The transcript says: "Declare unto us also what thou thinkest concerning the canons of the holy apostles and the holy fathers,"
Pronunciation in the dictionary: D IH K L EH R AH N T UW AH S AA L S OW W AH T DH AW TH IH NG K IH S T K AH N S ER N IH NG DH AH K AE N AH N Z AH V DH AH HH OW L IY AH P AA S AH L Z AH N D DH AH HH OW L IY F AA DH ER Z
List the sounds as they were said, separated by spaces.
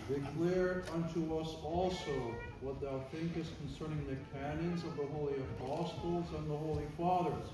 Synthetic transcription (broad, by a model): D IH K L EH R AH N T UW AH S AA L S OW W AH T DH AW TH IH NG K IH S T K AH N S ER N IH NG DH AH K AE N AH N Z AH V DH AH HH OW L IY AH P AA S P L Z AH N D DH AH HH OW L IY F AA DH ER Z